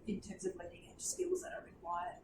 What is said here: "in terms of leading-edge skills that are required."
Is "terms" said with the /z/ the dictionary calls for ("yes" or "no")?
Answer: yes